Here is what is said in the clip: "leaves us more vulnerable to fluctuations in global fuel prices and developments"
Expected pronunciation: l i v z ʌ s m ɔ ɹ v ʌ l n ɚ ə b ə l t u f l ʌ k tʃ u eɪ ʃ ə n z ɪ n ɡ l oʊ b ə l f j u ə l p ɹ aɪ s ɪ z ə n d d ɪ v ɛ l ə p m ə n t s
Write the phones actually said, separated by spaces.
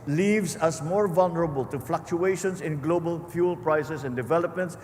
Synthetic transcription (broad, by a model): l i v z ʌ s m ɔ ɹ v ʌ l n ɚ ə b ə l t u f l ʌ k tʃ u eɪ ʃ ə n s ɪ n ɡ l oʊ b ə l f j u l p ɹ aɪ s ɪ s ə n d d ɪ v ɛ l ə p m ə n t s